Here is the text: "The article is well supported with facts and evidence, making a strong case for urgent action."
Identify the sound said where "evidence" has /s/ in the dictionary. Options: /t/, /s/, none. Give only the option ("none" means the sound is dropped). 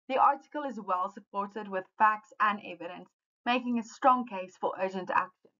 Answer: /s/